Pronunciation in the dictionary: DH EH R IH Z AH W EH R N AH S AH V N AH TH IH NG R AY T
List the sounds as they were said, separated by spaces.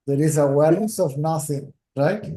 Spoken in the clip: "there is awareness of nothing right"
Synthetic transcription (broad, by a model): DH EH R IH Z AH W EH L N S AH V N AH TH IH NG R AY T